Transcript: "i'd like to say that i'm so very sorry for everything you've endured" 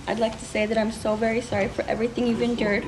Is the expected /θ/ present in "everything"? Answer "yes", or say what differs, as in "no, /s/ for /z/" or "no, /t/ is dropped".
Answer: yes